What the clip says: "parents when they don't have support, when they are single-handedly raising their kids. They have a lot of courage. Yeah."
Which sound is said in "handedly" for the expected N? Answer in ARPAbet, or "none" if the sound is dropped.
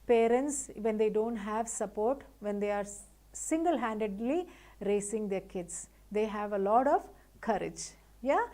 N